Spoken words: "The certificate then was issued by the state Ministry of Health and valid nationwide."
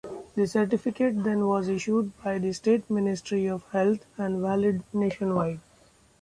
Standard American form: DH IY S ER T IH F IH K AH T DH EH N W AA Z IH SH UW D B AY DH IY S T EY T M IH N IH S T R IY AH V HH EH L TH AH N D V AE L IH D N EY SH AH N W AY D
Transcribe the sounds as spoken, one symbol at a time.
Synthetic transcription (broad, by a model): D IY S ER T IH F IH K AH T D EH N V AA Z IH SH UW D B AY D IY S T EY T M IH N IH S T R IY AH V HH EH L T AH N D V AE L IH D N EY SH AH N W AY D